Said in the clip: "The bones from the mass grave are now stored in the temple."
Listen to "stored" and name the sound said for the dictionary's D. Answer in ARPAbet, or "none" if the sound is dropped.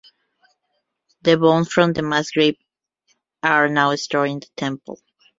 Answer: none